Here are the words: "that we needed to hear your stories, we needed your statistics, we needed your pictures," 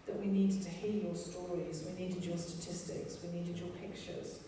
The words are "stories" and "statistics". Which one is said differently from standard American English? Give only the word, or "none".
none